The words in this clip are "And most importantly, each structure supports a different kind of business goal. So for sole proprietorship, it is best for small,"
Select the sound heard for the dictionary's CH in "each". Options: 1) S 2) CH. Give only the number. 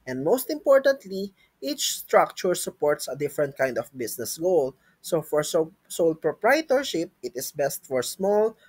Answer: 2